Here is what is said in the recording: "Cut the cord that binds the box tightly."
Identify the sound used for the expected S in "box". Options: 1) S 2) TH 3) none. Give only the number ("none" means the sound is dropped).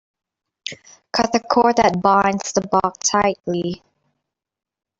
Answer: 3